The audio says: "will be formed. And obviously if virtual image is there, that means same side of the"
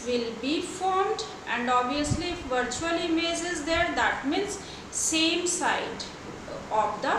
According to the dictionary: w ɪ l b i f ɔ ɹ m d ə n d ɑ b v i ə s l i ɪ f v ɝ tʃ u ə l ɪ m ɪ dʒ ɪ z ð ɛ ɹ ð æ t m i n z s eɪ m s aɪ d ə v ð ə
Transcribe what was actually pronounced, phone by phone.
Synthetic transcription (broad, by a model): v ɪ l b i f ɔ ɹ m d ə n d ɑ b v i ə s l i ɪ f v ɝ tʃ u ə l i m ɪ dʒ ɪ z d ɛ ɹ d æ t m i n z s eɪ m s aɪ d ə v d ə